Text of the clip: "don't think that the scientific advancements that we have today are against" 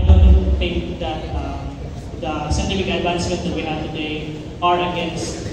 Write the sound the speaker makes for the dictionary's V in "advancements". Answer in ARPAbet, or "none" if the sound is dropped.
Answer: B